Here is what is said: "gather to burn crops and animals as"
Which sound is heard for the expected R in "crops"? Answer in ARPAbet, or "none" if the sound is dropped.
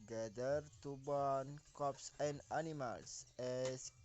none